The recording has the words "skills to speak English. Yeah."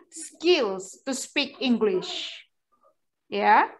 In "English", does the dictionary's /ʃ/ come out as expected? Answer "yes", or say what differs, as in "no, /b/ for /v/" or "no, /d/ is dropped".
yes